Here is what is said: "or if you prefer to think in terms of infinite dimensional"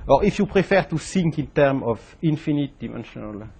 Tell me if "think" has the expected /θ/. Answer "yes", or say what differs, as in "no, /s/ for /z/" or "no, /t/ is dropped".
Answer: no, /s/ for /θ/